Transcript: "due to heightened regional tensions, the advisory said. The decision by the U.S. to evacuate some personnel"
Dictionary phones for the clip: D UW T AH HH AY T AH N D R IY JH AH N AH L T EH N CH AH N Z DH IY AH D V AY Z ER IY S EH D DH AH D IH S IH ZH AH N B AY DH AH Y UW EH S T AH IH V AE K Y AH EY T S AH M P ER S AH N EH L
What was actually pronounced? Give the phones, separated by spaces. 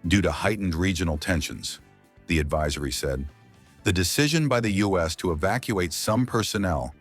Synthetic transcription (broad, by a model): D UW T AH HH AY T N D R IY JH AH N L T EH N SH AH N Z DH IY AH D V AY Z ER IY S EH D DH AH D IH S IH ZH AH N B AY DH AH Y UW EH S T AH IH V AE K Y AH EY T S AH M P ER S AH N EH L